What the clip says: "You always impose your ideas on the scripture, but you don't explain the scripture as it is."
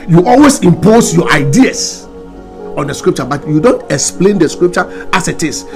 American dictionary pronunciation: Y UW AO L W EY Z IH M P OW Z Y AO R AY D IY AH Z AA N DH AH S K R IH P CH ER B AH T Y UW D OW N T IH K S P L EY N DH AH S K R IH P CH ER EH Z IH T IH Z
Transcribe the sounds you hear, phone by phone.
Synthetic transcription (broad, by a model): Y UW AO L W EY S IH M P OW S Y AO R AY D IY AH S AA N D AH S K R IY P CH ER B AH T Y UW D OW N T IH K S P L EY N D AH S K R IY P CH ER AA S IH T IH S